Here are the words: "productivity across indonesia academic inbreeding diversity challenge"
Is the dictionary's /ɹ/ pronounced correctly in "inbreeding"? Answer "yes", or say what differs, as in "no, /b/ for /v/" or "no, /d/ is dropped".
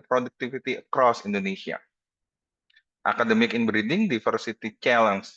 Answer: yes